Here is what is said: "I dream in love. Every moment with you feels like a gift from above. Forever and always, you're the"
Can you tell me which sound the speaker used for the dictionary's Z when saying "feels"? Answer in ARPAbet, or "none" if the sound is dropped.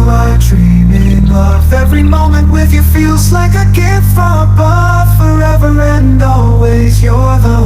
Z